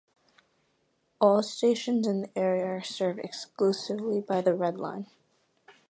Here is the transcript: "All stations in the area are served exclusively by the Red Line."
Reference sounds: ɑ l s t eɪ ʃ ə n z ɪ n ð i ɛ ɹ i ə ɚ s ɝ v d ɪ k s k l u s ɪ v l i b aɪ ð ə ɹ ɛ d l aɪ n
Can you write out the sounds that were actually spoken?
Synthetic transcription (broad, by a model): ɑ l s t eɪ ʃ ə n z ɪ n ð i ɛ ɹ i ə ɚ s ɝ v d ɪ k s k l u s ɪ v l i b aɪ ð ə ɹ ɛ d l aɪ n